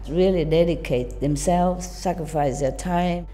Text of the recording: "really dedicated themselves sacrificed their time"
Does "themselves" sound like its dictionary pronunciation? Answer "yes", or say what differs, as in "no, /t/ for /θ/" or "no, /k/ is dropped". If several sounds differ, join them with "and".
yes